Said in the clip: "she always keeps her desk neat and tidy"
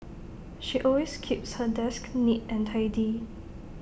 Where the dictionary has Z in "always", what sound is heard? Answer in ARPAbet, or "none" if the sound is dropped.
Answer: S